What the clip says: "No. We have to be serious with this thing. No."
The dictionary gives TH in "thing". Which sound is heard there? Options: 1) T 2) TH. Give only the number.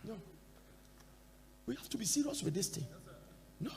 1